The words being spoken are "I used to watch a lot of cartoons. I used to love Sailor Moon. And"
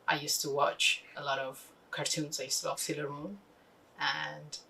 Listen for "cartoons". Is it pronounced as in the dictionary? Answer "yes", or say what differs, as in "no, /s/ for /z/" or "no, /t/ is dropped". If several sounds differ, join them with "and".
yes